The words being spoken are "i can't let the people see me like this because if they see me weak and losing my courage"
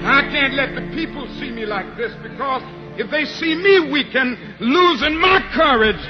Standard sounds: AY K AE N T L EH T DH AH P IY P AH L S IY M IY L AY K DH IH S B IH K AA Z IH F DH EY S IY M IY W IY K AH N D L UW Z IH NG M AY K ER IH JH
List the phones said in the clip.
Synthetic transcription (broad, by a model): AY K AE N T L EH T DH AH P IY P AH L S IY M IY L AY K DH IH S B IH K AA Z IH F DH EY S IY M IY W IY K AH N L UW Z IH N M AY K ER IH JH